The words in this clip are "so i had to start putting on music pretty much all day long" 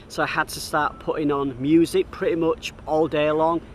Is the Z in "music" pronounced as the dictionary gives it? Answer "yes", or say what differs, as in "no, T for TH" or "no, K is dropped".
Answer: yes